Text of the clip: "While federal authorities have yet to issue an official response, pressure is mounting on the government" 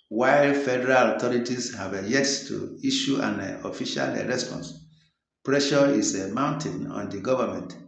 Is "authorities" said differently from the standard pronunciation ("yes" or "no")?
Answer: yes